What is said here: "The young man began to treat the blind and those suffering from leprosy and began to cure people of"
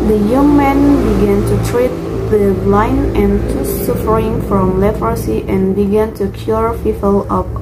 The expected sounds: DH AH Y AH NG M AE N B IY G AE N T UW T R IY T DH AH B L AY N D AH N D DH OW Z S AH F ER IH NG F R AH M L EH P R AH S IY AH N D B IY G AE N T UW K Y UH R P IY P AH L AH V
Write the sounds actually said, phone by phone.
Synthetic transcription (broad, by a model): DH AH Y AH NG M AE N B IY G AE N T UW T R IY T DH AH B L AY N AH N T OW S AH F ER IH NG F R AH M L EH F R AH S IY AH N B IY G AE N T UW K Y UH R F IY F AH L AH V